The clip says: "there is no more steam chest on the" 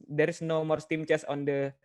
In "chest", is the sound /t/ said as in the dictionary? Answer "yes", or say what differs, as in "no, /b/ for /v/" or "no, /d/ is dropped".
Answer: no, /t/ is dropped